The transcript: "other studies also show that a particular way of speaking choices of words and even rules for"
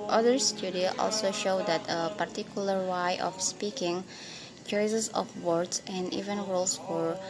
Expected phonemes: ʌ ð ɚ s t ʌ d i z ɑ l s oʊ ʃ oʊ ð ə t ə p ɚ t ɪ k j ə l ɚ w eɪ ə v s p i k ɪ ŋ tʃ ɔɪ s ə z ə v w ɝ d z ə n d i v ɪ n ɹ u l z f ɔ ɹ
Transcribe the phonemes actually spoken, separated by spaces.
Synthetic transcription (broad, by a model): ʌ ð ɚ s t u d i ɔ ɑ l s oʊ ʃ oʊ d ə t ə p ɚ t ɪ k j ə l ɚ w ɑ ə f s p i k ɪ ŋ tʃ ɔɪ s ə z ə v w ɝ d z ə n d i v ɪ n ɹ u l s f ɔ ɹ